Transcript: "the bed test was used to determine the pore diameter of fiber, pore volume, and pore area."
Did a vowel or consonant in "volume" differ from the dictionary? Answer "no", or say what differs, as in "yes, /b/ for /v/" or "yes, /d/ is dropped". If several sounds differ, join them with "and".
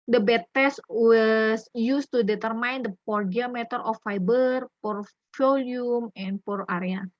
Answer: yes, /f/ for /v/